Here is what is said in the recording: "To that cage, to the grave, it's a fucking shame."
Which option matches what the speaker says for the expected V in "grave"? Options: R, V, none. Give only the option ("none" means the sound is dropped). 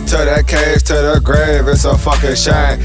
V